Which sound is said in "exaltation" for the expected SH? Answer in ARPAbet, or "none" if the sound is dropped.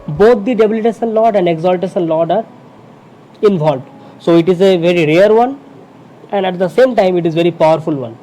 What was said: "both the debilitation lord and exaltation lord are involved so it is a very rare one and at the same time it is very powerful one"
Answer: S